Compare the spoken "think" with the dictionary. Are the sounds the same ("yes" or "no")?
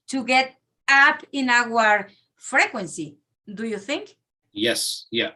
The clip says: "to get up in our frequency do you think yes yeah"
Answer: yes